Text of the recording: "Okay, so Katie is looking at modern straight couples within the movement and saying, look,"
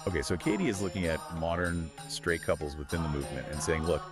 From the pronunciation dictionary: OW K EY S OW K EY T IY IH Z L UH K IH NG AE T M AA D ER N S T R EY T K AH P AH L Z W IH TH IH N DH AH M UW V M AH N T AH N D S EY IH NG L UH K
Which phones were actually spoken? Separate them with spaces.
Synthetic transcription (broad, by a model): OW K EY S OW K EY T IY IH Z L UH K IH NG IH T M AA D ER N S T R EY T K AH P L Z W IH TH IH N DH AH M UW V M AH N T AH N S EY IH NG L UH K